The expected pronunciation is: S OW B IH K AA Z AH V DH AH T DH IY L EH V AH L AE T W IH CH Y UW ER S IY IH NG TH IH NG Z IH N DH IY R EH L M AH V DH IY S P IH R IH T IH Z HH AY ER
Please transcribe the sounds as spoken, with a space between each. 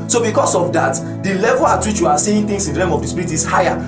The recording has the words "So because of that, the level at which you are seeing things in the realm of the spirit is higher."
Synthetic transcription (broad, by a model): S OW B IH K AA S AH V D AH T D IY L EH V AH L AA T W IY CH Y UW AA S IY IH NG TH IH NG S IH N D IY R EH M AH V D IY S P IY R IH T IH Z HH AY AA